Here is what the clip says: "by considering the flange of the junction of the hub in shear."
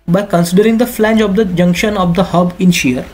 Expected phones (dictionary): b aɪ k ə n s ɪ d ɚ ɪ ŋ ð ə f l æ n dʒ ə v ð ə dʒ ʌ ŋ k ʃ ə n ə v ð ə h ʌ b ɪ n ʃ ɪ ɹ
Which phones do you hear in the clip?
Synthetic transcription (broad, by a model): b aɪ k ə n s ɪ d ɚ ɪ ŋ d ə f l æ n dʒ ə v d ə dʒ ʌ ŋ k ʃ ə n ə v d ə h ʌ b ɪ n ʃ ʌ ɹ